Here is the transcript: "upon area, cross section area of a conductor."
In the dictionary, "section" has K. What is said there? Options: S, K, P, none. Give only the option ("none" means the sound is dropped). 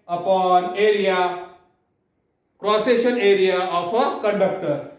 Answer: none